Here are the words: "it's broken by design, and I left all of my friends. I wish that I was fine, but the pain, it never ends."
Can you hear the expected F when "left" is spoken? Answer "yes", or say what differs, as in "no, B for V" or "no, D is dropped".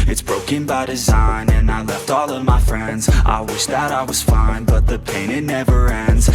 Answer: yes